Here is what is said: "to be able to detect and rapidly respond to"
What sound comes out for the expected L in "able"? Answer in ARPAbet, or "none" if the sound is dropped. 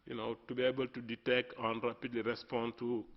L